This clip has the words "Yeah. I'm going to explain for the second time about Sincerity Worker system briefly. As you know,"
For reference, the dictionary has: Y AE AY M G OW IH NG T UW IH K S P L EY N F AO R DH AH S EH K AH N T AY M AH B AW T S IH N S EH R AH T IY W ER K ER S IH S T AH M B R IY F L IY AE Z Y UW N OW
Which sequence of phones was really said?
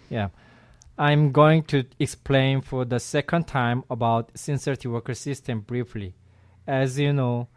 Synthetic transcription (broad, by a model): Y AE AY M G OW IH NG T UW IH K S P L EY N F AO R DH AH S EH K AH N T AY M AH B AW T S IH N S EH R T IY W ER K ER S IH S T AH M B R IY F L IY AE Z Y UW N OW